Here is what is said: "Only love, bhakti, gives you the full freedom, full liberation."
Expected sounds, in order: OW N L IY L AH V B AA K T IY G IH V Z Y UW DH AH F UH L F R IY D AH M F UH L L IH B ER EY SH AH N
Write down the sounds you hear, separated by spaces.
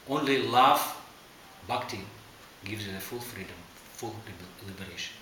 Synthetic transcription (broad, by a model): OW N L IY L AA F B AA K T IY G IH V Z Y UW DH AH F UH L F R IY D AH M F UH L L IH B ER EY SH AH N